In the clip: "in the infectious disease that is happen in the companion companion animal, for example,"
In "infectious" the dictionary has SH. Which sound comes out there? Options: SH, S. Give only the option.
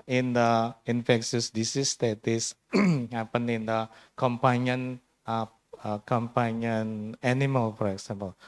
S